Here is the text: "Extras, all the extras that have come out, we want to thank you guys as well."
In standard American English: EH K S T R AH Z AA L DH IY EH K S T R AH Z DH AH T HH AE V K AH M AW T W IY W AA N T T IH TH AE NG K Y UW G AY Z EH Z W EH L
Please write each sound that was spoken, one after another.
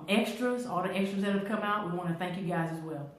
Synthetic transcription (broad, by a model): EH K S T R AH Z AA L DH IY EH K S T R AH Z DH AH T HH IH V K AH M AW T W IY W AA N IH TH AE NG K Y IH G AY Z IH Z W EH L